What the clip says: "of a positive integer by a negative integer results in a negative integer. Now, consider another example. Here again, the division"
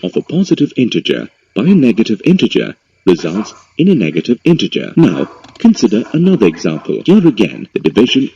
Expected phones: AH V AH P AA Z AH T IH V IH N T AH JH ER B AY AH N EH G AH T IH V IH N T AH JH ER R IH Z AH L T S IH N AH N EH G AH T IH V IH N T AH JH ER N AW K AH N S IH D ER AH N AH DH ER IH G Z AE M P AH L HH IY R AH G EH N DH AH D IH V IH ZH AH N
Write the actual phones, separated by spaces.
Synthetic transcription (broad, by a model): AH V AH P AA Z AH T IH V IH N T AH JH ER B AY AH N EH G AH T IH V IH N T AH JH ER R IH Z AH L T S IH N AH N EH G AH T IH V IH N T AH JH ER N AW K AH N S IH D ER AH N AH DH ER IH G Z AE M P AH L HH IY R AH G EH N DH AH D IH V IH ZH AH N